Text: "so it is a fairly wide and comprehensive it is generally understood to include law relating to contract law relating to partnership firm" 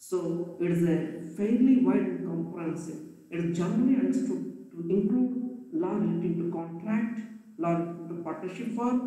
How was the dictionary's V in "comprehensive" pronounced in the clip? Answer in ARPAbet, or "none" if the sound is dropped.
none